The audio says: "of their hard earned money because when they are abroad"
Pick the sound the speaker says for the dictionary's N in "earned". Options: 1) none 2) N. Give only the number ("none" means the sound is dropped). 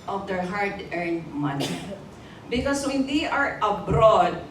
2